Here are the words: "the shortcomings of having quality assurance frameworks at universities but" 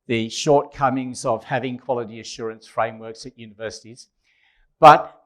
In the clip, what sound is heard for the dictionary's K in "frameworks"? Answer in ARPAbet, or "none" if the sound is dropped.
K